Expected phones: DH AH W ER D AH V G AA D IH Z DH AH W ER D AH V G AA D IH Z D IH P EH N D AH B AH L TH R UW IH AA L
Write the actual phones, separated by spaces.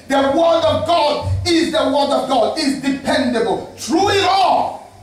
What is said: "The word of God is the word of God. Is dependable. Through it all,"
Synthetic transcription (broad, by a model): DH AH W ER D AH V G AA D IH Z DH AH W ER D AH V G AA D IH Z D IH P EH N D AH B AH L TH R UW IH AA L